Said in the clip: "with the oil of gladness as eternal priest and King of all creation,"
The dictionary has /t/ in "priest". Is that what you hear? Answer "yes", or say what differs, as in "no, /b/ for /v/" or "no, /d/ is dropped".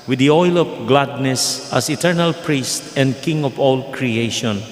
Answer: yes